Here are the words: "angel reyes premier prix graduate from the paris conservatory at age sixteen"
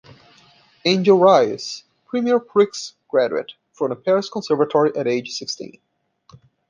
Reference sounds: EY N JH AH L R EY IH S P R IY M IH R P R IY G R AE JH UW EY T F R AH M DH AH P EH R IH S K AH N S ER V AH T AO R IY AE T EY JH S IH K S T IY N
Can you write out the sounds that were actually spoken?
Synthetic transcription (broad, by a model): EY N JH AH L R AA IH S P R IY M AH R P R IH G R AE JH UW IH T F R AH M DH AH P EH R IH S K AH N S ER V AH T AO R IY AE T EY JH S IH K S T IY N